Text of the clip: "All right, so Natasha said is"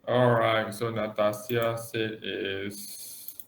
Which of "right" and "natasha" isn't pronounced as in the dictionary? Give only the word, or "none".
natasha